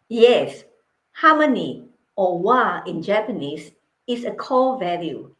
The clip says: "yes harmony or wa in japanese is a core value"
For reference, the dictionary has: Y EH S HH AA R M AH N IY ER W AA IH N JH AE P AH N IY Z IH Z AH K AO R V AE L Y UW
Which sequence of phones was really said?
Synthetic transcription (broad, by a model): Y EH S HH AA M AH N IY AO W AA IH N JH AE P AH N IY S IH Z AH K AO L V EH L Y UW